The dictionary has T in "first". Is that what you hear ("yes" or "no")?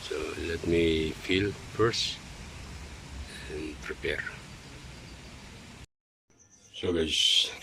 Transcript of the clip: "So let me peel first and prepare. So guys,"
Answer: no